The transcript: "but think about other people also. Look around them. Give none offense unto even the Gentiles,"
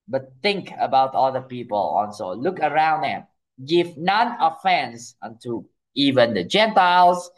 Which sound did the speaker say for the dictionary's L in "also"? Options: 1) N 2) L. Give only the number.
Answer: 1